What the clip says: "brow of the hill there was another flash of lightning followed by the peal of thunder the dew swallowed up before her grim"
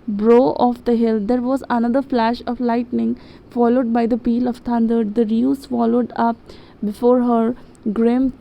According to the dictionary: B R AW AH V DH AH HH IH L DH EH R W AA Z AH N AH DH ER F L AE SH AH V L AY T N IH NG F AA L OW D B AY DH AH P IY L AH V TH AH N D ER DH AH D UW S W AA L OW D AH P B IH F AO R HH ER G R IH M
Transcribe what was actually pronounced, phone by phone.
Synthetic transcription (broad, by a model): B R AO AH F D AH HH IH L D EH R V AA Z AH N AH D ER F L AE SH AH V L AY T N IH NG F AA L OW D B AY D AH P IY L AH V T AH N D ER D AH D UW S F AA L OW D AH P B IH F AO R HH ER G R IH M